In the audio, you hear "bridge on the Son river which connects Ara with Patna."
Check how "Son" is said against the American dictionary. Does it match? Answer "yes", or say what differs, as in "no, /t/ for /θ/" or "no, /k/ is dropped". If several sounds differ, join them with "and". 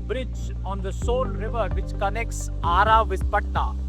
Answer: no, /l/ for /n/